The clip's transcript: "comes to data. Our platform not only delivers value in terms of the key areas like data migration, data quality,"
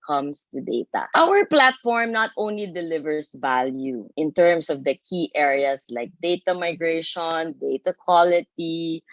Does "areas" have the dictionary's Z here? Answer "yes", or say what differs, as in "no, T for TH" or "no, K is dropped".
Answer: no, S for Z